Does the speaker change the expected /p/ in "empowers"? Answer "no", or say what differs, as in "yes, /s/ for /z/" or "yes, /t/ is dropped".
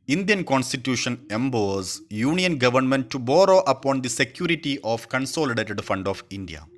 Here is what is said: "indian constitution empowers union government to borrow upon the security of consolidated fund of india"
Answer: yes, /b/ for /p/